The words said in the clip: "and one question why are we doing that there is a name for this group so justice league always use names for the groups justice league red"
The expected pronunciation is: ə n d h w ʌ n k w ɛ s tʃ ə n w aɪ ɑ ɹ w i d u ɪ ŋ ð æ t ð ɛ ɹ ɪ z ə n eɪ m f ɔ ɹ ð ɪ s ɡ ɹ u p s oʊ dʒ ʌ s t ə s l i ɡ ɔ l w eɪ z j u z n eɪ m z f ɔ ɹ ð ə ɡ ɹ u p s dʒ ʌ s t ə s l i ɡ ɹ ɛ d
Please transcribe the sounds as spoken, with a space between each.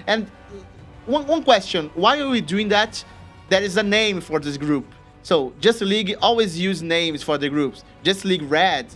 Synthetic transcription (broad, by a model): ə n d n w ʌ n k w ɛ s tʃ ə n w aɪ ɑ ɹ w i d u ɪ ŋ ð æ t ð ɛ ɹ ɪ z ə n eɪ m f ɔ ɹ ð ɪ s ɡ ɹ u p s oʊ dʒ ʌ s t l i ɡ ɔ l w eɪ z j u z n eɪ m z f ɔ ɹ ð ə ɡ ɹ u p s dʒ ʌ s t l i ɡ ɹ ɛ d